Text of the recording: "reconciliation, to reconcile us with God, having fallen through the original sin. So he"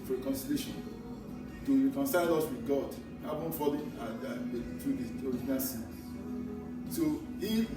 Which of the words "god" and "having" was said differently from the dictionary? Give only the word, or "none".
having